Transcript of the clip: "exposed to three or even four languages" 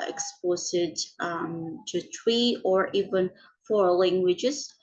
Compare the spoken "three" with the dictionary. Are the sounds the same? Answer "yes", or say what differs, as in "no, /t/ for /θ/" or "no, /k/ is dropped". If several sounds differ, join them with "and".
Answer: no, /t/ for /θ/